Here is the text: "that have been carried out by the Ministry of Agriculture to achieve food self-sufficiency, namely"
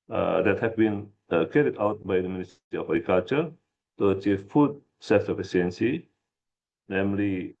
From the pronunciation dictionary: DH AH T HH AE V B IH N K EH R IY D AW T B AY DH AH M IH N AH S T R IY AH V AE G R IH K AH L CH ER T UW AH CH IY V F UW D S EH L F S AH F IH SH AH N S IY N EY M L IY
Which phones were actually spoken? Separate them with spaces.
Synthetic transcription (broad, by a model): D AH T HH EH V B IH N K EH R IY D AW T B AY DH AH M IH N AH S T IY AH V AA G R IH K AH L CH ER T UW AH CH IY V F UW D S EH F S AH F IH S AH N S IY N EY M L IY